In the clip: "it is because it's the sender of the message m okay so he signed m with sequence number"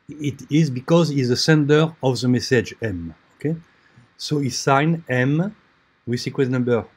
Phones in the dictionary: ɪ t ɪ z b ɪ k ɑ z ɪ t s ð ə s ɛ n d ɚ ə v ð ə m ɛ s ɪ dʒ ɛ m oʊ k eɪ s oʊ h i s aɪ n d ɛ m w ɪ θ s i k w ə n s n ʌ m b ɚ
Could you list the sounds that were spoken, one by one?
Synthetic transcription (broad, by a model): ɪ t ɪ z b ɪ k ɑ z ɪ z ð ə s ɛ n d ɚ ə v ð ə m ɛ s ɪ dʒ ɛ m oʊ k eɪ s oʊ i s aɪ n ɛ m w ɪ s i k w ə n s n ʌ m b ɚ